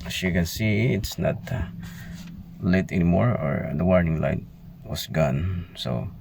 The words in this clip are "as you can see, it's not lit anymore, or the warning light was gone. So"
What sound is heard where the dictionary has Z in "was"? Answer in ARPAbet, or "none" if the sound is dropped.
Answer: S